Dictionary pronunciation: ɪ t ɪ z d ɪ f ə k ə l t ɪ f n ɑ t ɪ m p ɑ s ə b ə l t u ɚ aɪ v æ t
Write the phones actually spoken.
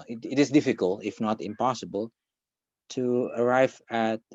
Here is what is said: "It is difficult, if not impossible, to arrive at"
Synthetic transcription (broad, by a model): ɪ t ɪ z d ɪ f ə k ə l t ɪ f n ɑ t ɪ m p ɑ s ə b ə l t u ɚ aɪ v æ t